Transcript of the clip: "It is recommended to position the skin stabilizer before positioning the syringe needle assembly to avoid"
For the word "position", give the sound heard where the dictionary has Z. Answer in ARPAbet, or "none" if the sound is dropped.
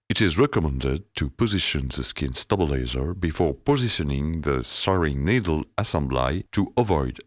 Z